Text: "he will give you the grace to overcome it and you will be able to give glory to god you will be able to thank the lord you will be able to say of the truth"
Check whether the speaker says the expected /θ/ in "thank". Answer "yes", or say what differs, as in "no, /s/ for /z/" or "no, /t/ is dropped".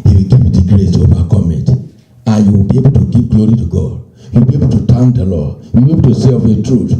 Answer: no, /t/ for /θ/